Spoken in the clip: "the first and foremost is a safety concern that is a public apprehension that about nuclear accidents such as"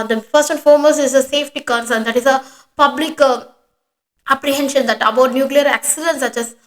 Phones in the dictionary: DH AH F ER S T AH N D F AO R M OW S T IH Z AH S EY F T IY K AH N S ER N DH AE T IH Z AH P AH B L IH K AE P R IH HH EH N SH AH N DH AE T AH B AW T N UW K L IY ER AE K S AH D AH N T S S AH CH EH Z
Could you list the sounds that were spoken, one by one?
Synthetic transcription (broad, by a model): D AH F ER S T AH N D F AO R M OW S IH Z AH S EY F T IY K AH N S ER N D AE T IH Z AH P AH B L IH K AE P R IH HH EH N SH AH N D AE T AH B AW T N UW K L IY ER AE K S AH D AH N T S S AH CH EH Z